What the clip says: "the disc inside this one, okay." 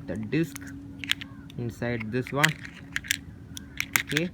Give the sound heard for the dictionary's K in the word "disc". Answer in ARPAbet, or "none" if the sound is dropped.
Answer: K